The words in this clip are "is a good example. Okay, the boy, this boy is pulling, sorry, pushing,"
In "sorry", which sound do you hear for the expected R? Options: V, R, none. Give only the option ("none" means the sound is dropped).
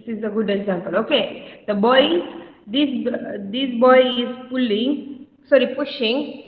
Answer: R